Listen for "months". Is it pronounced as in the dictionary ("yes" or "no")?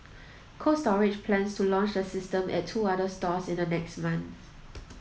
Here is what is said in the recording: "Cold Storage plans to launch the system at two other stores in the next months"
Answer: no